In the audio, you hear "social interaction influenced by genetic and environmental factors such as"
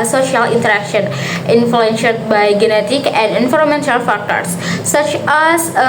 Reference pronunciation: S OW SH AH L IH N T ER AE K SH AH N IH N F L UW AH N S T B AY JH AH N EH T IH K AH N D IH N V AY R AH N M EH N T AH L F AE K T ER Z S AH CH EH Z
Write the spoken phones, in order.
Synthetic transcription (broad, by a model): S OW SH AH L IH N T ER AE K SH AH N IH N F L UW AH N SH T B AY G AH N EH T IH K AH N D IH N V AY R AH M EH N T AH L F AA K T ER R S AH CH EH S